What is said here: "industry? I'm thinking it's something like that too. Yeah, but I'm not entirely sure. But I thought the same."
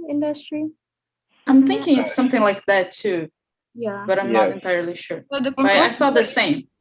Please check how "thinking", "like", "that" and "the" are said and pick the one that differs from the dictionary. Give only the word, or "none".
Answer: none